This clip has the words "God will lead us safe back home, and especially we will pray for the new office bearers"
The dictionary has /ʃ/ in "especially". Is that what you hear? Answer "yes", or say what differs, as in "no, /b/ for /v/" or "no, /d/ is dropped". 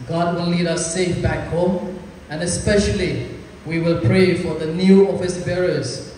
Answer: yes